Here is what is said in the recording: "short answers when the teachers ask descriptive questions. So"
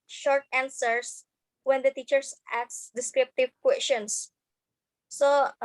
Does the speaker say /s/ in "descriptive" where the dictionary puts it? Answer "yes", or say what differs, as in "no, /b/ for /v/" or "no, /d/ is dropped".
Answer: yes